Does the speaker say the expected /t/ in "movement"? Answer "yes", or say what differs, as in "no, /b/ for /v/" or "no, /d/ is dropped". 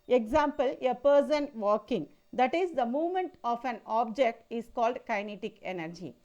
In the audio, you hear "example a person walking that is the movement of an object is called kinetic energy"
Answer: yes